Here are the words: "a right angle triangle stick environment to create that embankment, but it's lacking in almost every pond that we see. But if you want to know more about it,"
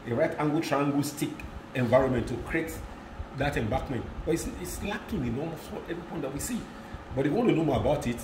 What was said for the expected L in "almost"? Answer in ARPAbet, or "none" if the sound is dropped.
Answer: none